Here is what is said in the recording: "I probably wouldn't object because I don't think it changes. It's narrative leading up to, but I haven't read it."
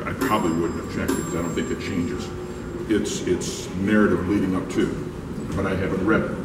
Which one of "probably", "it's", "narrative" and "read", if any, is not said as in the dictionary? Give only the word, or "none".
none